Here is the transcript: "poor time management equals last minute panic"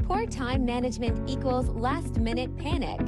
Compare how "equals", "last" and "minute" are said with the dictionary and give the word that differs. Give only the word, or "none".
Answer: none